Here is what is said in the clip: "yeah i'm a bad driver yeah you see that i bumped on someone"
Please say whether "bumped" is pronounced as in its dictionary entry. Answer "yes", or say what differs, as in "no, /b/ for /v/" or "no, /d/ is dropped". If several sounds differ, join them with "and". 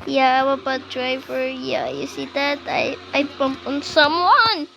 no, /t/ is dropped